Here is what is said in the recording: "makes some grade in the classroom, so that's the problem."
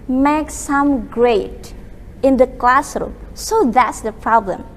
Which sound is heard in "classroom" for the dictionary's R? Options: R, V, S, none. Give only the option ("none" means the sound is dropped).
R